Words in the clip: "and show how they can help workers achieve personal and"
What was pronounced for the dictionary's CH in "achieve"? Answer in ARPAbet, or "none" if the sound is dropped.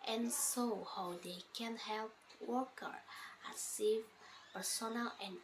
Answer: S